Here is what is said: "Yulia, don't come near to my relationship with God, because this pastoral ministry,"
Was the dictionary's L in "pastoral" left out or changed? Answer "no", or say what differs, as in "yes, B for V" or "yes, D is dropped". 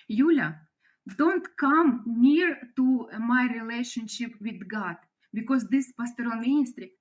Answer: yes, N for L